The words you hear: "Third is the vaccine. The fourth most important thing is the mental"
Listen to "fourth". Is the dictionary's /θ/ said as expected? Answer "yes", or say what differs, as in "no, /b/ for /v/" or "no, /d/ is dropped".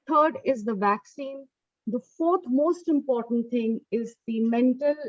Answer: no, /t/ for /θ/